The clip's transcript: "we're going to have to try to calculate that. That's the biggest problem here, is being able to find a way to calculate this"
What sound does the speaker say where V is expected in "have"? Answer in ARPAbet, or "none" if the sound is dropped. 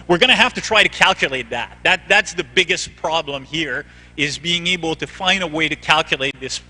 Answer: F